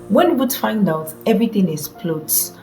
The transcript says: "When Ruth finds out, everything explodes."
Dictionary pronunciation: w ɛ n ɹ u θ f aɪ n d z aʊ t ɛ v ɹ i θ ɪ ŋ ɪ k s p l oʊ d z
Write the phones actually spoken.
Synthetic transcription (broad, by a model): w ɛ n w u t f aɪ n d aʊ t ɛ v ɹ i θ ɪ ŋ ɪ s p l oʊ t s